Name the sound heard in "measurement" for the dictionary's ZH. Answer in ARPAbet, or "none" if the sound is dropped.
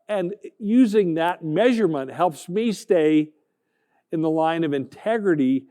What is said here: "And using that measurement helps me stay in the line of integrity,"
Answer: ZH